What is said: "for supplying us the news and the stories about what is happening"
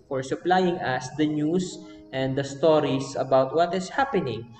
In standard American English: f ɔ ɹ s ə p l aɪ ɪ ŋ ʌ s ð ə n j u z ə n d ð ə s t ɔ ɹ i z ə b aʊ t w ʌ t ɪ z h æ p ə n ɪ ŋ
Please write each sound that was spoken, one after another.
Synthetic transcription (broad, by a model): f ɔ ɹ s ə p l aɪ ɪ ŋ ʌ s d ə n j u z ə n d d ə s t ɔ ɹ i s ə b aʊ t w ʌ t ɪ s h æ p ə n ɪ ŋ